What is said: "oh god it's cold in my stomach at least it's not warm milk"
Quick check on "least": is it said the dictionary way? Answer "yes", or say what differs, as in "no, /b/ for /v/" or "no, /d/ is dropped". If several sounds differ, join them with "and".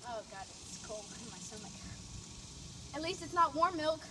yes